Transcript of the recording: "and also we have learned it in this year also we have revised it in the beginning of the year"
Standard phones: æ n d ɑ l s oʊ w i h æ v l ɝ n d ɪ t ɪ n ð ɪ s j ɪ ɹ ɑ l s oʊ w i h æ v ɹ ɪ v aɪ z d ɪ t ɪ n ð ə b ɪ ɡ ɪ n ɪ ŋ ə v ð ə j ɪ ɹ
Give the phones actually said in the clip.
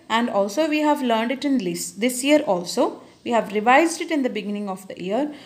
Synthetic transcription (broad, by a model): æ n d ɑ l s oʊ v i h æ v l ɝ n d ɪ t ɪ n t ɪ s j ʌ ɹ ɑ l s oʊ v i h æ v ɹ ɪ v aɪ z d ɪ t ɪ n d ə b ɪ ɡ ɪ n ɪ ŋ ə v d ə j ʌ ɹ